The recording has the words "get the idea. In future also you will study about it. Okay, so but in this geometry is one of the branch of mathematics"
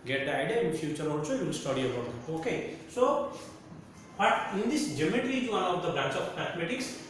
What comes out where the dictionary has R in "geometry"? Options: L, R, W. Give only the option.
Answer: L